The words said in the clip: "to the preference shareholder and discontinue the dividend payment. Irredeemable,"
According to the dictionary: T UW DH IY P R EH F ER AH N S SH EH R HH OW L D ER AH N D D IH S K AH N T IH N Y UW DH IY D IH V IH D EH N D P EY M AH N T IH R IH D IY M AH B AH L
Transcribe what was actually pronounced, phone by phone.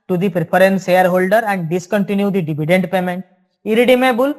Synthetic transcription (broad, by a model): T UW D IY P R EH P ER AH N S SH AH R HH OW L D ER AH N D D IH S K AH N T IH N Y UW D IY D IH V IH D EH N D P EY M AH N T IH R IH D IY M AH B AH L